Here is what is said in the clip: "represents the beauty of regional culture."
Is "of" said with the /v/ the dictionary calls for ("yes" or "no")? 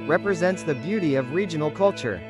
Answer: yes